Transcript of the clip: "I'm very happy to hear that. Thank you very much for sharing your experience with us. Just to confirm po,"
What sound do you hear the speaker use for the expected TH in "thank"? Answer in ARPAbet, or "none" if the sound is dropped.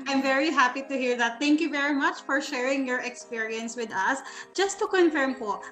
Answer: T